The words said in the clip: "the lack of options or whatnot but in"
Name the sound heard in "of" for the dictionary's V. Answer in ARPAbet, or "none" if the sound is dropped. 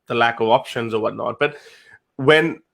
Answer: V